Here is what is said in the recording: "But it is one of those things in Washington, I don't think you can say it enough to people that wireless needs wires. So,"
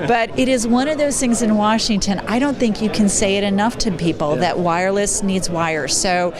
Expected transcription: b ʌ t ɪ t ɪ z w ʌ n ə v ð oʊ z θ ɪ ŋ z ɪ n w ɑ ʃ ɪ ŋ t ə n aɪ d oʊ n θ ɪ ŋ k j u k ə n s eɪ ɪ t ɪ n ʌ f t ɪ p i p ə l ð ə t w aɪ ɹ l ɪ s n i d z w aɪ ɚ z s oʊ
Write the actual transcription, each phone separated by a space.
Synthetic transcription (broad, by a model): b ʌ t ɪ t ɪ z w ʌ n ə v ð oʊ z θ ɪ ŋ z ɪ n w ɑ ʃ ɪ ŋ t ə n aɪ d oʊ n θ ɪ ŋ k j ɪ k ə n s eɪ ɪ t ɪ n ʌ f t ɪ p i p l ð ə t w aɪ ɹ l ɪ s n i d z w aɪ ɚ s oʊ